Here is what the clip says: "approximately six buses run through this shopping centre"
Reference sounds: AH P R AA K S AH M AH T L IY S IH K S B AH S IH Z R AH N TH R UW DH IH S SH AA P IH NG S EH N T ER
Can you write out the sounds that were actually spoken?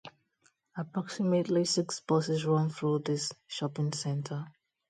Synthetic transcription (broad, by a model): AH P R AA K S AH M AH T L IY S IH K S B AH S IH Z R AH N TH R UW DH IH S SH AA P IH NG S EH N T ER